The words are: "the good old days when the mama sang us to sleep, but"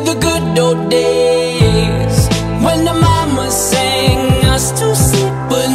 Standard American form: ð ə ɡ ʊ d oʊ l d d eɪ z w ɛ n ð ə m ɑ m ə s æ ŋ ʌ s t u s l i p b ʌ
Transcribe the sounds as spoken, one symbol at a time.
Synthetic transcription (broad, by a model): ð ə ɡ ʊ d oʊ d d eɪ z w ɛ n ð ə m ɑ m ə s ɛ ŋ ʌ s t u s i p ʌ